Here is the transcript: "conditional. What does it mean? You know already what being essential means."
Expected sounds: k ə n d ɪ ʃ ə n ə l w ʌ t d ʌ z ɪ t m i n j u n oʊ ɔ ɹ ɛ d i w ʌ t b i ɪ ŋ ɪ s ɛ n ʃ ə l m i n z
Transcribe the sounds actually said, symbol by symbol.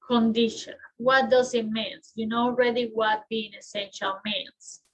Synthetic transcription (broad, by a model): k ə n d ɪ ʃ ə n w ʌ t d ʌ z ɪ t m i n j u n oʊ ɔ ɹ ɛ d i w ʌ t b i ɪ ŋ ɪ s ɛ n ʃ ə l m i n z